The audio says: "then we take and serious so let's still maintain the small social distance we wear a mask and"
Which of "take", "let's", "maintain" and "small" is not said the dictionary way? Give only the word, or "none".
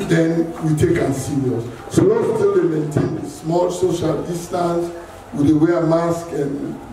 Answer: let's